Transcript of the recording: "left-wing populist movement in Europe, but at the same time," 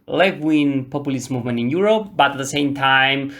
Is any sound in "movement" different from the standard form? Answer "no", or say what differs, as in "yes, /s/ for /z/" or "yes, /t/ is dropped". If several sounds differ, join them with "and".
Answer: no